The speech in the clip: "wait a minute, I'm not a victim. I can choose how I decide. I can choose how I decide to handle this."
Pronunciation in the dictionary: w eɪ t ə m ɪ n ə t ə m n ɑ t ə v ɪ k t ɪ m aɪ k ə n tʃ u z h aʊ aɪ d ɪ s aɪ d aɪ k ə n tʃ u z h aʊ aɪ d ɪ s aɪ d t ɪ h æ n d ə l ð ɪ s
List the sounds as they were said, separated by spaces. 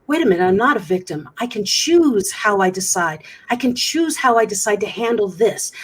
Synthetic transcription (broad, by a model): w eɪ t ə m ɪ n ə ə m n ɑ t ə v ɪ k t ɪ m aɪ k ə n tʃ u z h aʊ aɪ d ɪ s aɪ d aɪ k ə n tʃ u z h aʊ aɪ d ɪ s aɪ d t ɪ h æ n d l ð ɪ s